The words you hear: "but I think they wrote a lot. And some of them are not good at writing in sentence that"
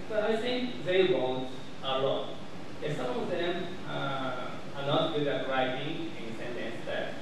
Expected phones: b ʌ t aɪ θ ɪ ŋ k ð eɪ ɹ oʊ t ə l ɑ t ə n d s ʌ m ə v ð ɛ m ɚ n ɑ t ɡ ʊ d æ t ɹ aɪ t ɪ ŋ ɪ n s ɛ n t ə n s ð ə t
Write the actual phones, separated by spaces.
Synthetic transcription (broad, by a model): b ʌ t aɪ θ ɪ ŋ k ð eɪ w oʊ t ə l ɑ t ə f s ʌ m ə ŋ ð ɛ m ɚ n ɑ t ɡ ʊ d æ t ɹ aɪ t ɪ ŋ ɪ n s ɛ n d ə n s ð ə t